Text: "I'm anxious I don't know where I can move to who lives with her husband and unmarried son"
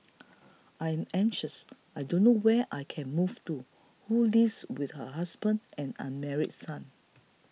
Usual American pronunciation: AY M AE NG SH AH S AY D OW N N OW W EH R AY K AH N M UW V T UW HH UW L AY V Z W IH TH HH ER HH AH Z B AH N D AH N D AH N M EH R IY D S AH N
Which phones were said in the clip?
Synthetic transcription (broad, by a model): AY M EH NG SH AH S AY D OW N N OW W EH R AY K AH N M UW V T UW HH UW L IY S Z W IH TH HH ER HH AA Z B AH N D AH N AH N M EH R IY D S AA N